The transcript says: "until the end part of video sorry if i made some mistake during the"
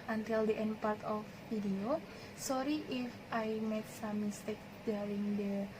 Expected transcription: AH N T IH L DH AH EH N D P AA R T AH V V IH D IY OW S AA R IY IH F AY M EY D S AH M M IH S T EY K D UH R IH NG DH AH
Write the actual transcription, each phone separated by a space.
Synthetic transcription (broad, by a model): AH N T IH L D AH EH N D P AA R T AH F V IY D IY OW S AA R IY IH F AY M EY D S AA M M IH S T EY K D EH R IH NG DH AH